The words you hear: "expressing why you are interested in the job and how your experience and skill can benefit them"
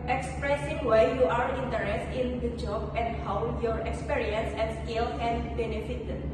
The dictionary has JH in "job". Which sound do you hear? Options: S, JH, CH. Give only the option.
JH